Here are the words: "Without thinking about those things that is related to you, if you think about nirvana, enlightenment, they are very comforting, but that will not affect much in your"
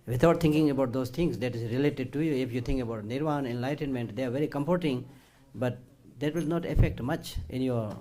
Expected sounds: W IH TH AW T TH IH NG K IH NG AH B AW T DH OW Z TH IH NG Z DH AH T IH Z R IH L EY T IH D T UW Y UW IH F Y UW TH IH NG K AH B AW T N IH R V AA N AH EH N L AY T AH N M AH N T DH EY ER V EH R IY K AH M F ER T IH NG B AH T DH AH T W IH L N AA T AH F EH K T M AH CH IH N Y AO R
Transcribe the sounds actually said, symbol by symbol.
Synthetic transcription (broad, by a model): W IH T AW T T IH NG K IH NG AH B AW T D OW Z T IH NG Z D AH T IH Z R IH L EY T IH D T UW Y UW IH F Y UW T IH NG K AH B AW T N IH R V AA N EH N L AY T AH N M AH N T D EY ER V EH R IY K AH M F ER T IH NG B AH T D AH T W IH L N AA T AH F EH K T M AH CH IH N Y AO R